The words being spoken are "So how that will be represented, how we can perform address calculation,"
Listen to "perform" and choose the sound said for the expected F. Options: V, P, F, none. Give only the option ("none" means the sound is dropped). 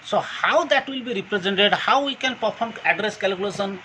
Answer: P